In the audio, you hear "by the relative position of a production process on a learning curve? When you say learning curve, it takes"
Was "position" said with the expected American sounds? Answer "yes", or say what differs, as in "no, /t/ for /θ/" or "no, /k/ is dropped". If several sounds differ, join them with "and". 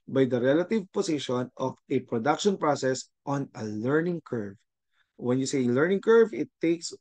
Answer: no, /s/ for /z/